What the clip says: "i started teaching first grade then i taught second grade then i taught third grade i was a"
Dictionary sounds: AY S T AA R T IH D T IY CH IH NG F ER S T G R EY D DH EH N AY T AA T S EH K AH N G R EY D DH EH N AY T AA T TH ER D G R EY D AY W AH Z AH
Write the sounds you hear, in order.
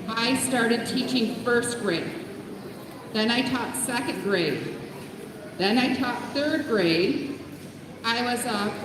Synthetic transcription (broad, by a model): AY S T AA R T IH D T IY CH IH NG F ER S T G R EY D DH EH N AY T AA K S EH K AH N G R EY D DH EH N AY T AA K TH ER D G R EY D AY W AH Z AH